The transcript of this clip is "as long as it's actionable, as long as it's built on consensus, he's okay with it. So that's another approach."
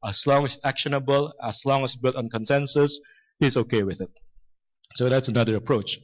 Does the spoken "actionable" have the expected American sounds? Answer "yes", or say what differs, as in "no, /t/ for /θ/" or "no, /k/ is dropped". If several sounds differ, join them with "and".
yes